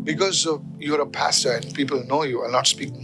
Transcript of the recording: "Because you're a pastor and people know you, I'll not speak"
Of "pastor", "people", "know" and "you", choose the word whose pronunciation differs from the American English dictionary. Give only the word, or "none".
none